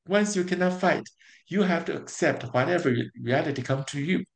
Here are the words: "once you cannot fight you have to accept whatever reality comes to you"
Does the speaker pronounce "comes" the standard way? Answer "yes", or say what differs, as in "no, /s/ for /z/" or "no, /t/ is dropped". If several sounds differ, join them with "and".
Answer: no, /z/ is dropped